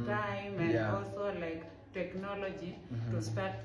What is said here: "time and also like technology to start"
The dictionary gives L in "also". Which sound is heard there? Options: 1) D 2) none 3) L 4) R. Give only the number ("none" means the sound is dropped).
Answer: 2